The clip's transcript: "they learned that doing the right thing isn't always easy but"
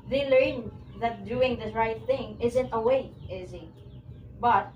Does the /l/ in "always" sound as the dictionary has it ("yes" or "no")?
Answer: no